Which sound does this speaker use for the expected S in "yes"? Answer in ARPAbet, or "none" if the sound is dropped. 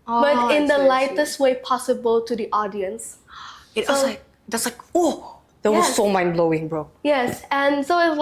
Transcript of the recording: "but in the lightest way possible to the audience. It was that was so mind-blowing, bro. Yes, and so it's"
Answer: S